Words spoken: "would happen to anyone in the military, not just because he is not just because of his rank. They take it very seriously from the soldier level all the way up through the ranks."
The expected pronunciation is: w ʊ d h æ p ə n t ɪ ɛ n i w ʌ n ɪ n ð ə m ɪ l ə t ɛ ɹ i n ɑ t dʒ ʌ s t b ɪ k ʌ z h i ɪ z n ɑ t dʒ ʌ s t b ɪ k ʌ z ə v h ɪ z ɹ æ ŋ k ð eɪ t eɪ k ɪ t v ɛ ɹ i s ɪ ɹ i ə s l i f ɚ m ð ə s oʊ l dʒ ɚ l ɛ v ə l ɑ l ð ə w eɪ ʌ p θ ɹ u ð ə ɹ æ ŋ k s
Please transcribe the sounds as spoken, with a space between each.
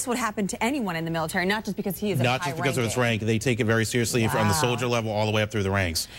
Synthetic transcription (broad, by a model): w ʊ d h æ p ə n t ɪ ɛ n i w ʌ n ɪ n ð ə m ɪ l ə t ɛ ɹ i n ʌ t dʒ ʌ s b ɪ k ʌ z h i ɪ z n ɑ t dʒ ʌ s b ɪ k ʌ z ə v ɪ s ɹ æ ŋ k ð eɪ t eɪ k ɪ t v ɛ ɹ i s ɪ ɹ i ə s l i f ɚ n ð ə s oʊ l dʒ ɚ l ɛ v l ɑ l ð ə w eɪ ʌ p θ ɹ u ð ə ɹ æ ŋ k s